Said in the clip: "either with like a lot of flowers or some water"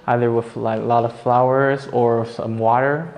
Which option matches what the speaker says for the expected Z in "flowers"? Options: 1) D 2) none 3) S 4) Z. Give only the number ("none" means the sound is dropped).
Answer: 4